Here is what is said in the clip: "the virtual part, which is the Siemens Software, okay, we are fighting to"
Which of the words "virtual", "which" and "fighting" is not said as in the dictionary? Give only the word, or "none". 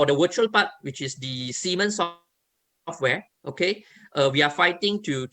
virtual